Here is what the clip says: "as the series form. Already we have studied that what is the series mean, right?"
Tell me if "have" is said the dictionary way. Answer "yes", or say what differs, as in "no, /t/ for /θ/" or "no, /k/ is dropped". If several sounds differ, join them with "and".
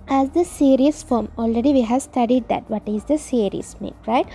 yes